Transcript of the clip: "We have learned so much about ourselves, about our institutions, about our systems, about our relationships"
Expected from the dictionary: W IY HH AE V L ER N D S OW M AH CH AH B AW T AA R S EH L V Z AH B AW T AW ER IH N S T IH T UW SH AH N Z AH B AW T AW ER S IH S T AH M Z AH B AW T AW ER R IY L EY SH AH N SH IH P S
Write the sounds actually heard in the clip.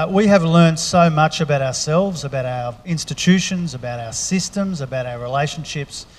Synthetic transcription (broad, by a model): W IY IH V L ER N D S OW M AH CH AH B AW T AA R S EH L V Z AH B AW T AW ER IH N S T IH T UW SH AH N Z AH B AW T AW ER S IH S T AH M Z AH B AW T AW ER R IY L EY SH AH N SH IH P S